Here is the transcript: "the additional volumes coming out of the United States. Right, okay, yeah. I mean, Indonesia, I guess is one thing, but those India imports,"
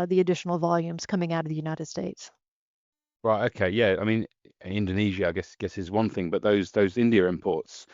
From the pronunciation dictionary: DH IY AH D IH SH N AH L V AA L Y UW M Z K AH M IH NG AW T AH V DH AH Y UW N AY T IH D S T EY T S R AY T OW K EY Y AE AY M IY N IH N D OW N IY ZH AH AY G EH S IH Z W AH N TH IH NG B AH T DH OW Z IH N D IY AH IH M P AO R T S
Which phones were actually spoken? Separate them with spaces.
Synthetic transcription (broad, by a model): DH IY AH D IH SH N L V AA L Y UW M Z K AH M IH NG AW T AH V DH AH Y UW N AY T IH D S T EY T S R AY T OW K EY Y AE AY M IY N IH N D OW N IY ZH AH AY G EH S IH Z W AH N TH IH NG B AH T DH OW Z IH N D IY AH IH M P AO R T S